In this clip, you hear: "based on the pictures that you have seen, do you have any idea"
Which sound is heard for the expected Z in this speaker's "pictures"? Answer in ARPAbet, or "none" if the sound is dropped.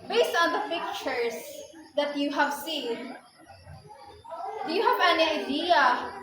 S